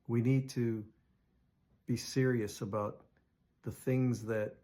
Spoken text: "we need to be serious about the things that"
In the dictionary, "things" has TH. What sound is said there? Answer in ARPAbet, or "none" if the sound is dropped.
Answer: TH